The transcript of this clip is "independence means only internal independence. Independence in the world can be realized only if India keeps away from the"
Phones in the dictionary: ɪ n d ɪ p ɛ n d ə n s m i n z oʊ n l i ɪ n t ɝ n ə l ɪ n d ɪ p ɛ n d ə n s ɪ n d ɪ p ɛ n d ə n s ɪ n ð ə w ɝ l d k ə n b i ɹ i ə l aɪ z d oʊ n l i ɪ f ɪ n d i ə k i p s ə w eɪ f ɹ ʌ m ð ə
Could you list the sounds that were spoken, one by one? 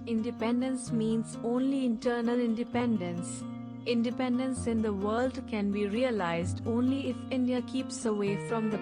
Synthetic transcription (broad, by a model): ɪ n d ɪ p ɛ n d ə n s m i n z oʊ n l i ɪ n t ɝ n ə l ɪ n d ɪ p ɛ n d ə n s ɪ n d ɪ p ɛ n d ə n s ɪ n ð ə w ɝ l d k ə n b i ɹ i ə l aɪ z d oʊ n l i ɪ f ɪ n d i ə k i p s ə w eɪ f ɹ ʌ m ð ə